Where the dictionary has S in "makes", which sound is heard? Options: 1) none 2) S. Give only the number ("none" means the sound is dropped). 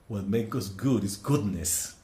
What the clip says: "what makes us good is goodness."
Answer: 1